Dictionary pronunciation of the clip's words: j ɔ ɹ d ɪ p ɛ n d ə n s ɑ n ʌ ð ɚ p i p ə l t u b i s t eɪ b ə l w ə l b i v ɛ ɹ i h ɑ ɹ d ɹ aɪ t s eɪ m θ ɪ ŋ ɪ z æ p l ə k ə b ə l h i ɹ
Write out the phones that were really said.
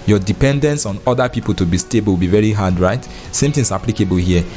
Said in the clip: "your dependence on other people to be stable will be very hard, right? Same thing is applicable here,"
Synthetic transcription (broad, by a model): j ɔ d ɪ p ɛ n d ə n s ɑ n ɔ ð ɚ p i p ə l t u b i s t eɪ b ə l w b i v ɛ ɹ i h ɑ d ɹ aɪ t s eɪ m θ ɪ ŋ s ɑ p l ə k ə b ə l h i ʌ